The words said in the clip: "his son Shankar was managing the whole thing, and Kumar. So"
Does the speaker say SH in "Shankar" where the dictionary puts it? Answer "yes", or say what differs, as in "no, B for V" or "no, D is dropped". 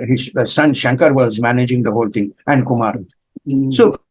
yes